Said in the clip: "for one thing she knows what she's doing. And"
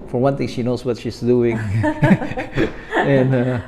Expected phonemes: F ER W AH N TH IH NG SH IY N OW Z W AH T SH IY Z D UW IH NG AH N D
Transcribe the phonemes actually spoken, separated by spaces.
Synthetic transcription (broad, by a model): F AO W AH N T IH NG SH IY N OW S W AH T SH IY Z D UW IH NG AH N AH